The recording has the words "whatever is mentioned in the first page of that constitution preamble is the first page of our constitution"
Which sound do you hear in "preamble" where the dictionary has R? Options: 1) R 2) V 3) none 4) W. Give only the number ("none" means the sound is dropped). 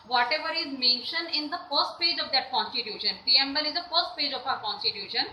3